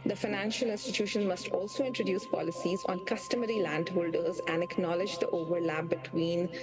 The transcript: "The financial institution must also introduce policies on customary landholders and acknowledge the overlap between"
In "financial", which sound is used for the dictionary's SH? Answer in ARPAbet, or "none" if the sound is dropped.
SH